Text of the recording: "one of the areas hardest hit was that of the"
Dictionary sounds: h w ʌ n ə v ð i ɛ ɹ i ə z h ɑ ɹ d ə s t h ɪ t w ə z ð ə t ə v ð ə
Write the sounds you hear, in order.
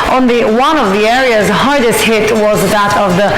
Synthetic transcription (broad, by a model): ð w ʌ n ə v ð i ɛ ɹ i ə z h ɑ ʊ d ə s h ɪ t w ə z ð ə t ə v ð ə